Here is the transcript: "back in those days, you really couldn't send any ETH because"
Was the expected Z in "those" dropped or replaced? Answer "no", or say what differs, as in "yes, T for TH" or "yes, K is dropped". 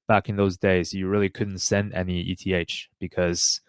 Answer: no